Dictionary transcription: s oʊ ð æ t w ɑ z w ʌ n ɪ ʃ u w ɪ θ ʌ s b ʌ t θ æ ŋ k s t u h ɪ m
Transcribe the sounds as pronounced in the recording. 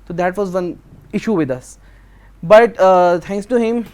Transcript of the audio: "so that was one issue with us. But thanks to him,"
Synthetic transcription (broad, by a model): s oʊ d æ t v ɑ z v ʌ n ɪ ʃ u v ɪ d ʌ s b ʌ t t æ ŋ k s t u h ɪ m